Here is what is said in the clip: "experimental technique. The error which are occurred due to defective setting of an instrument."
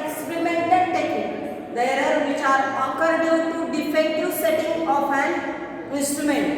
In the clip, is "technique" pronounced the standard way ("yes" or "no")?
no